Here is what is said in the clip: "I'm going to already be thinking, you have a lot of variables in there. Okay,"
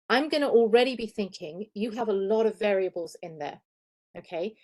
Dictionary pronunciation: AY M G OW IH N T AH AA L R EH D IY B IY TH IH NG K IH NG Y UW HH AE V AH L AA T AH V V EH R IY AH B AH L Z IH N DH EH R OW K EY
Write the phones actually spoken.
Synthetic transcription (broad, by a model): AY M G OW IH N T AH AA L R EH D IY B IY TH IH NG K IH NG Y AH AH V AH L AA T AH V V EH R IY AH B AH L Z IH N DH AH OW K EY